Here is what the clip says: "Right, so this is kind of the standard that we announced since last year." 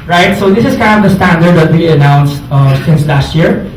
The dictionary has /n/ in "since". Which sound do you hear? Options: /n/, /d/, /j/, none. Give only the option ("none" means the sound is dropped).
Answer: /n/